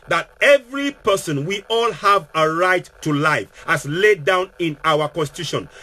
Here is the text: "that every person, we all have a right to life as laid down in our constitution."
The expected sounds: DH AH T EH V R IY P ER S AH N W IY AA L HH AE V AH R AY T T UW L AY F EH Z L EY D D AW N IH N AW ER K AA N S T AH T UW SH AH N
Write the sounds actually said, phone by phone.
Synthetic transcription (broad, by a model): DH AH T EH V R IY P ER S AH N W IY AA L HH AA V AH R AY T T UW L AY F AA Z L EY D D AW N IH N AW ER K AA N S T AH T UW SH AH N